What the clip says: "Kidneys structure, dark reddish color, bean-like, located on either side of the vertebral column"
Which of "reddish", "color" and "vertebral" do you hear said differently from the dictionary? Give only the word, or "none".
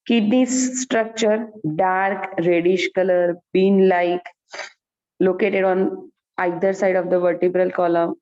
none